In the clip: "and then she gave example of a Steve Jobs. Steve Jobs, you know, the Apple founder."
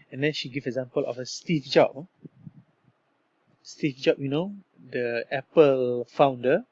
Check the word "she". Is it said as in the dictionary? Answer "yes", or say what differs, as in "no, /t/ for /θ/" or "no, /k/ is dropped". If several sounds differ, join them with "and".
yes